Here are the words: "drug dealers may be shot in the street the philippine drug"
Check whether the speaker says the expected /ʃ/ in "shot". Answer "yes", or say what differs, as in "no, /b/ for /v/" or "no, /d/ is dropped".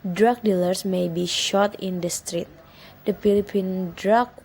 yes